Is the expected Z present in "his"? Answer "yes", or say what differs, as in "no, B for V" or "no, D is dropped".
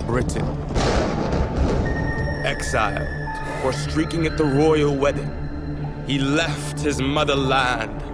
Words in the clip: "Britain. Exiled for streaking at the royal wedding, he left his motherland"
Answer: yes